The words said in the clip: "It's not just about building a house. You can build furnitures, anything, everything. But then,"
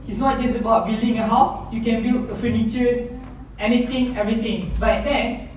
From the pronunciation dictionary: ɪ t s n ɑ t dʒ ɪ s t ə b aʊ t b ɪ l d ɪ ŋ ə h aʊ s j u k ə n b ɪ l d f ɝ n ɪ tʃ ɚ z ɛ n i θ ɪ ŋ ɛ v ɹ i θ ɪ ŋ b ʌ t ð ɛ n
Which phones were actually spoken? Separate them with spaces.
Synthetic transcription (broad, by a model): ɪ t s n ɑ t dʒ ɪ s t ə b aʊ t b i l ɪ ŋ ə h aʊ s j u k ə n b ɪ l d f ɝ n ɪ tʃ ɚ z ɛ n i t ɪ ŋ ɛ v ɹ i t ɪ ŋ b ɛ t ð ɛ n